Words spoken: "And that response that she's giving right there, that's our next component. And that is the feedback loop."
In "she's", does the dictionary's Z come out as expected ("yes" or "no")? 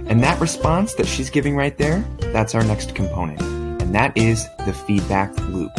yes